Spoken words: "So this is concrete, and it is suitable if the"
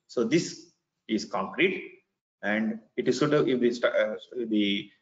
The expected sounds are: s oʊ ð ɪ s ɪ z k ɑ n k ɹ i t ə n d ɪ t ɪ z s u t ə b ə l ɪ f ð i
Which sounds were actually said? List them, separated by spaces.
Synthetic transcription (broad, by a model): s oʊ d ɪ s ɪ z k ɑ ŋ k ɹ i t ə n d ɪ t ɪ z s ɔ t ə ə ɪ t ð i